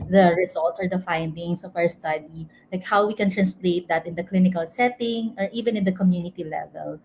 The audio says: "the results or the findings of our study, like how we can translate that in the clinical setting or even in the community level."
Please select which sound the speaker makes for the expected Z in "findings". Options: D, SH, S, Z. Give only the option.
S